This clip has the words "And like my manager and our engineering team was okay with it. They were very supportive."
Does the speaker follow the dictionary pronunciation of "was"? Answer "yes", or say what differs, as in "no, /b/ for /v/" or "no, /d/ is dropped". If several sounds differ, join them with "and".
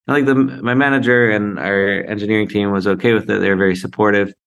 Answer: yes